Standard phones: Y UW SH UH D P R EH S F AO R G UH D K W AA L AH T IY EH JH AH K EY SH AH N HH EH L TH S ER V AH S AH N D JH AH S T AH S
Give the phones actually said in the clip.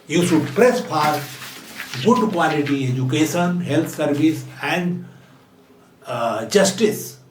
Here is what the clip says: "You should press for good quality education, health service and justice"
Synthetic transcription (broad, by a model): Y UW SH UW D P R EH S P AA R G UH D K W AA L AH T IY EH JH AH K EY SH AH N HH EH L T S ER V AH S AH N D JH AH S T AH S